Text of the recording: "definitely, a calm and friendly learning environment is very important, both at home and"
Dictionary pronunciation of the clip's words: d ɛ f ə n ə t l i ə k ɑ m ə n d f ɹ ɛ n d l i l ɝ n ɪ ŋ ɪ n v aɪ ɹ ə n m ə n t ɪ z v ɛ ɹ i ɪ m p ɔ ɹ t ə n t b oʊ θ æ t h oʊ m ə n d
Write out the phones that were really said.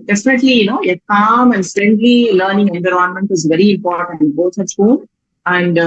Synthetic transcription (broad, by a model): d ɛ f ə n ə t l i ə k ɑ m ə n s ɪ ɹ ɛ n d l i l ɝ n ɪ ŋ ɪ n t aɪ ɹ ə n m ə n t ɪ z v ɛ ɹ i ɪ m p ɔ ɹ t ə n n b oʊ t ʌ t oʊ ə n d